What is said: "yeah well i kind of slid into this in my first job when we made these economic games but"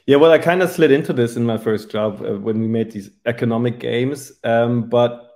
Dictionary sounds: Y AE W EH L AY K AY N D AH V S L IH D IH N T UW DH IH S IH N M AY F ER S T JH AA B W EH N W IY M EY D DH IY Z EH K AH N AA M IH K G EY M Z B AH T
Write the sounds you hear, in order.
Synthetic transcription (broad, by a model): Y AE W EH L AY K AY N D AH S L IH D IH N T UW DH IH S IH N M AY F ER S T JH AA B W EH N W IY M EY D DH IY Z EH K AH N AA M IH K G EY M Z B AH T